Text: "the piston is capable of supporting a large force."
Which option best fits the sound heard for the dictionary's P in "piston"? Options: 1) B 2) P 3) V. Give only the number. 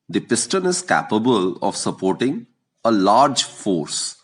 2